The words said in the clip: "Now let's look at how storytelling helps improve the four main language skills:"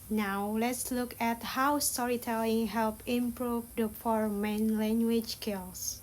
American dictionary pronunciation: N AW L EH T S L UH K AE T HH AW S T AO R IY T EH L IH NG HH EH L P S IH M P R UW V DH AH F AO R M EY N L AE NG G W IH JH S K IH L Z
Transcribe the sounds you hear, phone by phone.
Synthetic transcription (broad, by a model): N AW L EH T S L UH K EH T HH AW S T AO R IY T EH L IH NG HH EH L P IH M P R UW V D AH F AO R M EY N L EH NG G W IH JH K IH L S